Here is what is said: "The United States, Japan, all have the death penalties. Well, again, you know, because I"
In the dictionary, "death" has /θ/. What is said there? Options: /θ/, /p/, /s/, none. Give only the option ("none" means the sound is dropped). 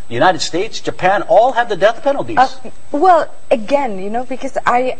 /θ/